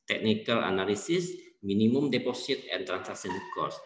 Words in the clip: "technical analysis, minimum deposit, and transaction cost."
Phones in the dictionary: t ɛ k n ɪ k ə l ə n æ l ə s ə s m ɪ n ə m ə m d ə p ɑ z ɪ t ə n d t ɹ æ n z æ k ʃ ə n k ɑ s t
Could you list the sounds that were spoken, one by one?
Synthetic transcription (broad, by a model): t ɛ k n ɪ k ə l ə n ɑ l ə s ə s m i n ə m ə m d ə p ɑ s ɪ t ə n t ɹ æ n s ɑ k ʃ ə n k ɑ s